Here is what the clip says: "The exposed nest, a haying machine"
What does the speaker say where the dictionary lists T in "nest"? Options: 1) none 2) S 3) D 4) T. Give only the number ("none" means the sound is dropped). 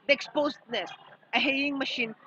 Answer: 1